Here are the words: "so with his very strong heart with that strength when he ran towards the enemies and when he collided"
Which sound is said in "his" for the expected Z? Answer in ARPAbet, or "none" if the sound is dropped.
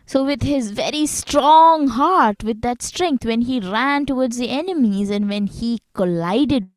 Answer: Z